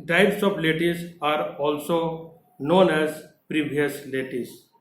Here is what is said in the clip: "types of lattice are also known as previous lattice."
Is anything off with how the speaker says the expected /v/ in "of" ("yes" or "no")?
yes